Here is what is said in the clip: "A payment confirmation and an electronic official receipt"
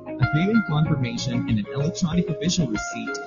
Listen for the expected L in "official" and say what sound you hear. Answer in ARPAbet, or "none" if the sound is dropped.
N